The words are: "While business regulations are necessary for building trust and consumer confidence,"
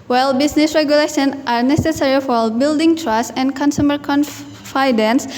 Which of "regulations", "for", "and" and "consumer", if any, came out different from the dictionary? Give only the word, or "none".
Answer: regulations